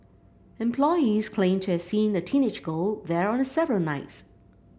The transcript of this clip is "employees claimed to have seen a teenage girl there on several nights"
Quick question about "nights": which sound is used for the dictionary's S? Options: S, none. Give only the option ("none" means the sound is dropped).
S